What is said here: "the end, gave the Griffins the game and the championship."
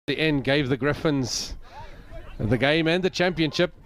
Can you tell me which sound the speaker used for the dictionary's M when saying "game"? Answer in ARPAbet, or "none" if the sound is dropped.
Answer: M